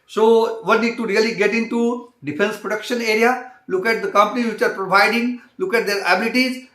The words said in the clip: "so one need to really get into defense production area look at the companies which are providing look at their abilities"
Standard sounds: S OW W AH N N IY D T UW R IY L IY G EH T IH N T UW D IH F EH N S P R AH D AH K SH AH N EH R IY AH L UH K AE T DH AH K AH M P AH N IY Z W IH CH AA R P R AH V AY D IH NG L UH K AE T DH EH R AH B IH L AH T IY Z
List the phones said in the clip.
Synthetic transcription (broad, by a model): S OW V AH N N IY D T UW R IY L IY G EH T IH N T UW D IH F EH N S P R AH D AH K SH AH N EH R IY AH L UH K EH T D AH K AH M P AH N IY Z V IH CH AA R P R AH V AY D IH NG L UH K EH T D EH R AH B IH L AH T IY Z